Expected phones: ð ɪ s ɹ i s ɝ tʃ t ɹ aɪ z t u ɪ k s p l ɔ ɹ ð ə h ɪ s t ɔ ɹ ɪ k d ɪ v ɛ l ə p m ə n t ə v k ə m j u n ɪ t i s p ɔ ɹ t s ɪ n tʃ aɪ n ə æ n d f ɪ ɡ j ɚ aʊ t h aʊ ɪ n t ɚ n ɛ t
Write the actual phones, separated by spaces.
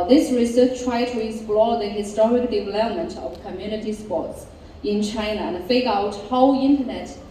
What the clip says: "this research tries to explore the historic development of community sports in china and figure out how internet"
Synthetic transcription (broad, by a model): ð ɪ s ɹ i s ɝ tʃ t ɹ aɪ t u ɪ k s p l ɔ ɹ ð ə h ɪ s t ɔ ɹ ɪ k d ɪ v ɛ l ə p m ə n t ə v k ə m j u n ɪ t i s p ɔ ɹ t s ɪ n tʃ aɪ n ə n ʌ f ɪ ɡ aʊ t h aʊ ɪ n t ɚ n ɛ t